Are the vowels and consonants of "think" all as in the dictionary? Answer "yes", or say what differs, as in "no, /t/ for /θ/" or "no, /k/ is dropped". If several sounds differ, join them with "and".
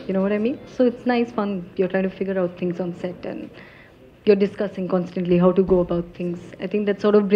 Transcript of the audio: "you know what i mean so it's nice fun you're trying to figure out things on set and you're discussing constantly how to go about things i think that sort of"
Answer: no, /t/ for /θ/